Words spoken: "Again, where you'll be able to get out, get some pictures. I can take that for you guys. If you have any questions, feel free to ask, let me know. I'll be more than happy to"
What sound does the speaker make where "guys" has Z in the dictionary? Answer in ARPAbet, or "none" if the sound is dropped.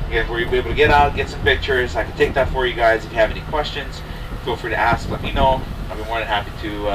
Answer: Z